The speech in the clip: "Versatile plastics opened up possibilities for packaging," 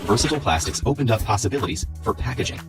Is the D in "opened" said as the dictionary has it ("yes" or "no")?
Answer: yes